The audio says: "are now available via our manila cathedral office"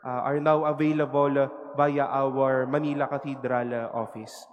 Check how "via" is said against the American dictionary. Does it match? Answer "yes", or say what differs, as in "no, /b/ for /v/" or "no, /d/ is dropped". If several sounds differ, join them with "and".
no, /b/ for /v/